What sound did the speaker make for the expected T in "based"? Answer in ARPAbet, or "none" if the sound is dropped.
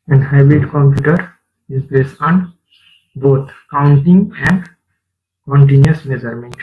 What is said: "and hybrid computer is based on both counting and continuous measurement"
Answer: none